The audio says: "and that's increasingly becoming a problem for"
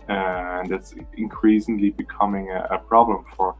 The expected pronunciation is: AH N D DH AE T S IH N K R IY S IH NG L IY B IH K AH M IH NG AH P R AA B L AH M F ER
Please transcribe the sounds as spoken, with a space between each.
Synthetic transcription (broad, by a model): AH N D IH T S IH N K R IY S IH NG L IY B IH K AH M IH NG AH P R AA B L AH M F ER